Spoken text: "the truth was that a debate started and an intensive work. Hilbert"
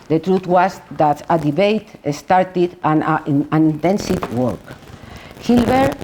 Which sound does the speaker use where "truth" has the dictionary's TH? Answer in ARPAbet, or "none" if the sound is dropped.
T